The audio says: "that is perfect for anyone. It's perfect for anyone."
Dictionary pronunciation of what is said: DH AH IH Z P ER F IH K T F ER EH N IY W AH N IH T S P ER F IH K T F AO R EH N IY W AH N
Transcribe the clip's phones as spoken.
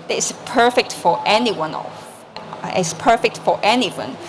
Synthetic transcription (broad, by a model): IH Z P ER F IH K T F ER EH N IY W AH N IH S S P ER F IH K T F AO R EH N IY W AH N